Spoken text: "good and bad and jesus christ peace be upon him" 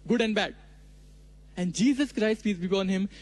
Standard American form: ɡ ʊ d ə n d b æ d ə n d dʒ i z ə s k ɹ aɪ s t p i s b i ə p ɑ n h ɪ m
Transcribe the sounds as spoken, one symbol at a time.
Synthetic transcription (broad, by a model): ɡ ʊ d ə n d b æ d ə n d dʒ i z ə s k ɹ aɪ s t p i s b i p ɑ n h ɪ m